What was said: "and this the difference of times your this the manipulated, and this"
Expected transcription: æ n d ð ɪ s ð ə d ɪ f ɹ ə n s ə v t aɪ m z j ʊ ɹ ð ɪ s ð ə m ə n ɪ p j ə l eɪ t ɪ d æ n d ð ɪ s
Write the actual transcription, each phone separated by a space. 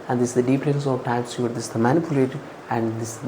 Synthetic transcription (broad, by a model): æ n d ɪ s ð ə d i p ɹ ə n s ə v t aɪ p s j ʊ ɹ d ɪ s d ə m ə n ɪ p j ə l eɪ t æ n d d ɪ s